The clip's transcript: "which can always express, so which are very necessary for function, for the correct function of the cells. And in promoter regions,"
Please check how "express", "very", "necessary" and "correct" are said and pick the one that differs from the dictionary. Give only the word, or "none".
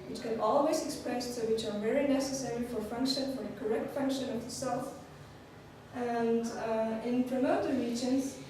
express